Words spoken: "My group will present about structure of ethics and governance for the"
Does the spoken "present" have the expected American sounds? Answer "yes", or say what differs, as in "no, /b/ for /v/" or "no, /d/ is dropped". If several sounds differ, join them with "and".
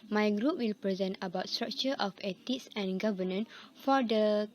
yes